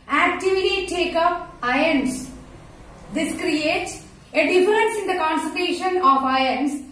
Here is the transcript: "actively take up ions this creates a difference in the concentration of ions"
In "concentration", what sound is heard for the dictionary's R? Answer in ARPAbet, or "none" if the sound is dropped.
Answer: none